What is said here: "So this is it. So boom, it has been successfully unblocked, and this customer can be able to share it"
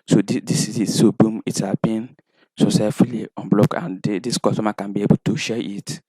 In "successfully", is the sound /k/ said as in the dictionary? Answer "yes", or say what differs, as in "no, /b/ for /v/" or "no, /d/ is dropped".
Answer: no, /k/ is dropped